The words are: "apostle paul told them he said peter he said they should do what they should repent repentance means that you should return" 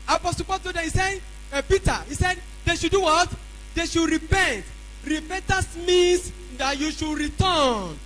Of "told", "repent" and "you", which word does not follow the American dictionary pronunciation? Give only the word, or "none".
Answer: told